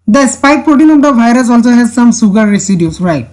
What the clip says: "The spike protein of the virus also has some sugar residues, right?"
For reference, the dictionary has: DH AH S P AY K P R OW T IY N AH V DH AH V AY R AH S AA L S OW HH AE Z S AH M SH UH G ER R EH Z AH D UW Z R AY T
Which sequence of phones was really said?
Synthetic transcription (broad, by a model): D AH S P AY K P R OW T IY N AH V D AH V AY R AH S AA L S OW HH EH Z S AH M S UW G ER R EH S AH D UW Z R AY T